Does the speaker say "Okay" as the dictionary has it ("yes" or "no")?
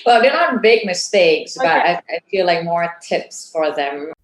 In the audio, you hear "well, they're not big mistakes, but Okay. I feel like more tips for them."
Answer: no